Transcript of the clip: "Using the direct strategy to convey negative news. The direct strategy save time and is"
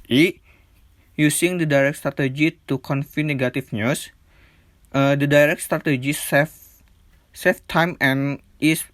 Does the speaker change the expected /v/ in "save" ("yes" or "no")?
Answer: yes